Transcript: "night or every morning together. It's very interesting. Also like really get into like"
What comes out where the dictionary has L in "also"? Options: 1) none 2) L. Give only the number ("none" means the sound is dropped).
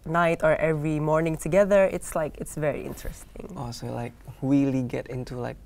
1